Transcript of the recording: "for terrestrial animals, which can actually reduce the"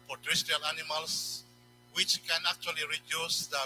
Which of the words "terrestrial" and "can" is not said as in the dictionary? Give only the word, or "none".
terrestrial